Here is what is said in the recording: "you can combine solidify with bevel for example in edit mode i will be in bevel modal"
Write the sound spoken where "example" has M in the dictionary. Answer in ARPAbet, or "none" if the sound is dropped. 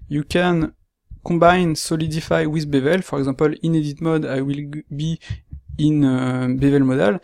none